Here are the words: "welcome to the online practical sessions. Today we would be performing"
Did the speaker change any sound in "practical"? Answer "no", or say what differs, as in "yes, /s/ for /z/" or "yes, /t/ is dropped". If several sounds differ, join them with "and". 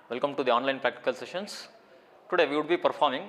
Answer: no